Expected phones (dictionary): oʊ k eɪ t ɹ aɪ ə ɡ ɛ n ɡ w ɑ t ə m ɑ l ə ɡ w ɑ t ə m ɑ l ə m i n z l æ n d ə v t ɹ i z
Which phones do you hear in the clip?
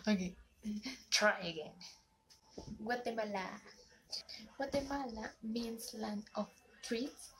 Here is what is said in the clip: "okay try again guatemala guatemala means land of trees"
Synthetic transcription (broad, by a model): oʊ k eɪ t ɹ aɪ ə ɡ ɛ n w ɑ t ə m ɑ l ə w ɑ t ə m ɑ l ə m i n s l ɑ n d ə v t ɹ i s